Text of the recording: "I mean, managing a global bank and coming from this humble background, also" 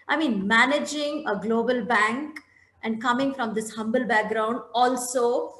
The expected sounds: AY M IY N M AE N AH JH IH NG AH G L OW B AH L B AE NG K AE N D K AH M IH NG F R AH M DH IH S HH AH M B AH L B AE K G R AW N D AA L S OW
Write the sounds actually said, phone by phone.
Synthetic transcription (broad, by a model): AY M IY N M AE N AH JH IH NG AH G L OW B AH L B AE NG K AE N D K AH M IH NG F R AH M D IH S HH AH M B AH L B AE K G R AW N D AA L S OW